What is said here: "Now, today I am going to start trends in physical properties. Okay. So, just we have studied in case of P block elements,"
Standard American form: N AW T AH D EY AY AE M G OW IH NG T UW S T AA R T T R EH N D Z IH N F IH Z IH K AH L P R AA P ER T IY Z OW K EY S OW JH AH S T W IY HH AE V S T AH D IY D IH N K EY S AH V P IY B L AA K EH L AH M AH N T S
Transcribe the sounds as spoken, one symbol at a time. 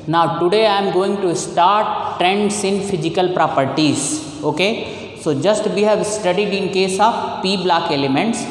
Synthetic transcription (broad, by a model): N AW T AH D EY AY M G OW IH NG T UW S T AA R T T R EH N D S IH N F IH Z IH K AH L P R AA P ER T IY Z OW K EY S OW JH AH S T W IY HH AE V S T AH D IY D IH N K EY S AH P IY B L AA K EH L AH M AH N T S